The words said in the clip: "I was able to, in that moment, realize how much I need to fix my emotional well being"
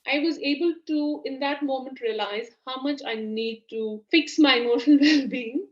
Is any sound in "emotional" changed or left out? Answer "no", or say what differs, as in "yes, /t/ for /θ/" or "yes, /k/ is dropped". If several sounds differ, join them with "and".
yes, /n/ is dropped